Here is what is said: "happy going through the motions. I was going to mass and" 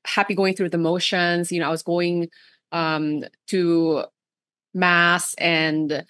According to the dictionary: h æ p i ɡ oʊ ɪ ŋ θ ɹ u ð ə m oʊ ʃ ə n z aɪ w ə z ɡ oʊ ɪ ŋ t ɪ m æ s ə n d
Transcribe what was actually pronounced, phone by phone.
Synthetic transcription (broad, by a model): h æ p i ɡ oʊ ɪ ŋ θ ɹ u ð ə m oʊ ʃ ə n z aɪ w ə z ɡ oʊ ɪ ŋ t ɪ m æ s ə n